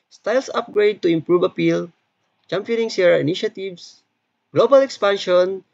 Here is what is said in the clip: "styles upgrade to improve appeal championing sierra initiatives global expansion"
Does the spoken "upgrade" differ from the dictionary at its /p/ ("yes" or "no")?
no